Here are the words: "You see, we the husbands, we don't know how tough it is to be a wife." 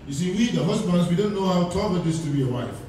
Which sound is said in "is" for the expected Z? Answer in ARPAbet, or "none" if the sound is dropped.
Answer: S